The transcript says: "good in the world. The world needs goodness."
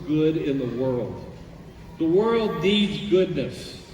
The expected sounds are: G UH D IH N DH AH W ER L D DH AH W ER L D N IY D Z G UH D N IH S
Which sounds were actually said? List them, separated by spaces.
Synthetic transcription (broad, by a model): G UH D IH N DH AH W ER L D DH AH W ER L D N IY D Z G UH D N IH S